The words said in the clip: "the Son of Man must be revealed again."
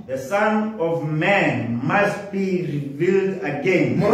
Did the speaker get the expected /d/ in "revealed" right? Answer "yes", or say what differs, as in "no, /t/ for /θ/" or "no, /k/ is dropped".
yes